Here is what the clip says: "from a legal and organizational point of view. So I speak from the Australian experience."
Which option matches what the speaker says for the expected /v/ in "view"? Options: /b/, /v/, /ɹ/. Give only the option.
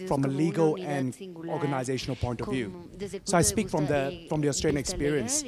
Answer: /v/